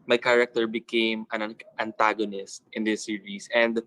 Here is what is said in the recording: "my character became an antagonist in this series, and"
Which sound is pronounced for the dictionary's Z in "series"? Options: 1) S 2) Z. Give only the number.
1